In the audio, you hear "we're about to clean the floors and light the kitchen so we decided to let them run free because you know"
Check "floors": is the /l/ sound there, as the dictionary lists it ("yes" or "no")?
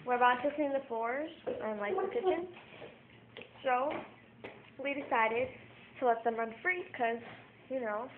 no